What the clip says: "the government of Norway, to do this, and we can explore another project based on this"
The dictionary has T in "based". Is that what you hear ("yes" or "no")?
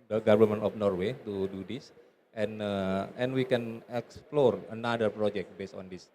yes